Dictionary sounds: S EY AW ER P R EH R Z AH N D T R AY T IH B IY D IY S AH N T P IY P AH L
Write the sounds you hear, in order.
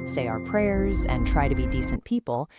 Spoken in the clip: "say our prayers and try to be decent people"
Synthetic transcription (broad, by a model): S EY AW ER P R EH R Z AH N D T R AY T IH B IY D IY S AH N P IY P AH L